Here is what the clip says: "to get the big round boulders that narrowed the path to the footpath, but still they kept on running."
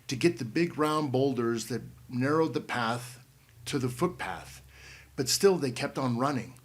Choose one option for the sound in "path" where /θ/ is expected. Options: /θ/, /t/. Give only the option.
/θ/